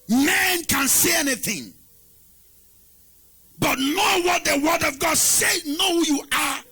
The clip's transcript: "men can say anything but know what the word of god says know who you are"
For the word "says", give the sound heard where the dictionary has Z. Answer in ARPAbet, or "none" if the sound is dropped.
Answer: none